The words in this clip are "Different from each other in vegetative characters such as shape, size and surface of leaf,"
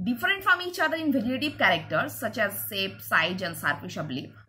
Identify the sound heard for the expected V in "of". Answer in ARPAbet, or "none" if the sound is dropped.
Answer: B